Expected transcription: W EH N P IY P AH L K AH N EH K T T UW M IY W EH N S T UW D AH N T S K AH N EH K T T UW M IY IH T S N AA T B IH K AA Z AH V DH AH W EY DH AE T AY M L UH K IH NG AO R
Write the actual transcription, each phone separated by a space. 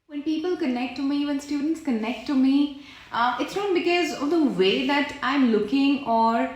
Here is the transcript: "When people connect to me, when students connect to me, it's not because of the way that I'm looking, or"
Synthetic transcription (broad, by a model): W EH N P IY P AH L K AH N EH K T T UW M IY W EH N S T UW D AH N T S K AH N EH K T T UW M IY IH T S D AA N B IH K AA Z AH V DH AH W EY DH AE T AY M L UH K IH NG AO R